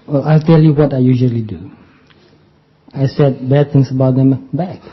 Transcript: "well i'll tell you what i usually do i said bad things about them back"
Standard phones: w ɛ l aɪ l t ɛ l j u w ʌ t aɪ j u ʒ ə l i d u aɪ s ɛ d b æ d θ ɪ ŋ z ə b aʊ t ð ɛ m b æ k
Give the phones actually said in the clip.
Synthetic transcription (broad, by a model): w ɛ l aɪ l t ɛ l j u w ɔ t aɪ j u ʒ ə l i d u aɪ s ɛ d b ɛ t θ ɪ ŋ s ə b aʊ t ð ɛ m b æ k